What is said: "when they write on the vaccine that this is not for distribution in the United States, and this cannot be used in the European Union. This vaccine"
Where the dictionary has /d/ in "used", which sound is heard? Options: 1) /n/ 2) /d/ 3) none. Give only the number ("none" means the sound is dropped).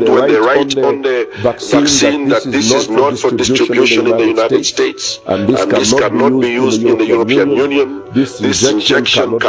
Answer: 2